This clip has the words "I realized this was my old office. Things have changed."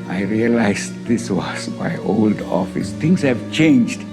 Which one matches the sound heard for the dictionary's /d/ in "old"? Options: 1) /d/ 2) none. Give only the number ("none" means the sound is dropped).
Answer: 1